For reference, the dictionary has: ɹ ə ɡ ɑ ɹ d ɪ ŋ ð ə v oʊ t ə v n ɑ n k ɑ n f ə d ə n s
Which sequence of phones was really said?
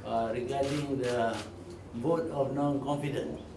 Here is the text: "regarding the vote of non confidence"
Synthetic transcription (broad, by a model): ɹ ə ɡ ɑ d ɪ ŋ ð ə b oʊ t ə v n ɑ n k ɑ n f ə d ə n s